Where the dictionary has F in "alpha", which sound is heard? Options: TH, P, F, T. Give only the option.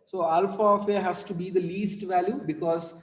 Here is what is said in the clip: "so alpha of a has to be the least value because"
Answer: F